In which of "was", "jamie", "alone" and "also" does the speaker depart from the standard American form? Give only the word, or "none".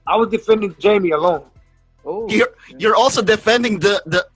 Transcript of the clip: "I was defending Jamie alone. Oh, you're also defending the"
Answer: none